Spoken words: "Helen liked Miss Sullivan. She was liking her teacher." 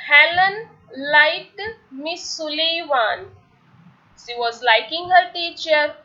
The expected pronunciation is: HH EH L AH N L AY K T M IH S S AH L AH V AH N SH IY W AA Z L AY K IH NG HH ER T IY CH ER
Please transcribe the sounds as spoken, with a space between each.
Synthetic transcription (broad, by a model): HH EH L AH N L AY T M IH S S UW L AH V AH N SH IY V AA Z L AY K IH NG HH ER T IY CH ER